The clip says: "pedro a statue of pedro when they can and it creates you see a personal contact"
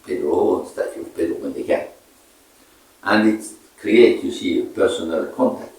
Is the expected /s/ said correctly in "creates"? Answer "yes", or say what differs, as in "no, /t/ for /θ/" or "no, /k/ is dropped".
no, /s/ is dropped